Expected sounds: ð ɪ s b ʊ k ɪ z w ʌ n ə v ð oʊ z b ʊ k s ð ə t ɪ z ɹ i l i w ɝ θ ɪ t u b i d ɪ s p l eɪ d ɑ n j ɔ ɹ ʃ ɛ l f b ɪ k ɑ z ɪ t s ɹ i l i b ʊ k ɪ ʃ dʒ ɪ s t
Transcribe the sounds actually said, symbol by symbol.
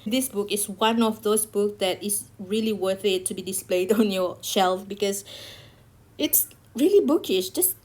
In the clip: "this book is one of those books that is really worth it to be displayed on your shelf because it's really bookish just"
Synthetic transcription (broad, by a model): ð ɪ s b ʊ k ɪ s w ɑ n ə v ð oʊ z b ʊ k s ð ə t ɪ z ɹ i l i w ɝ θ ɪ t u b i d ɪ s p l eɪ d ɑ n j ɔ ʃ ɛ l f b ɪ k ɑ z ɪ t s ɹ i l i b ʊ k ɪ ʃ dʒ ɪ s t